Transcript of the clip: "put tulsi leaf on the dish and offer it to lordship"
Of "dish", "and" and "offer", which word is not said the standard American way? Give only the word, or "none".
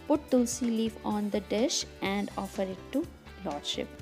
none